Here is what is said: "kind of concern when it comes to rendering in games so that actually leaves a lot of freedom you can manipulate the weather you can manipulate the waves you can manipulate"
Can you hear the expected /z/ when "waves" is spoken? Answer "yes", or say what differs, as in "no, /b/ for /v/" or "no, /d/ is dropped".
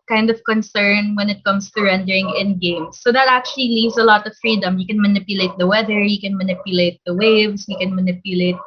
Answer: no, /s/ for /z/